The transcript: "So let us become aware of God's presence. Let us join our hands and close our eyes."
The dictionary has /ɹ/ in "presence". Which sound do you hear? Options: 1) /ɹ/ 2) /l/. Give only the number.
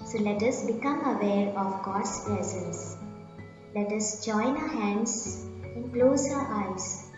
2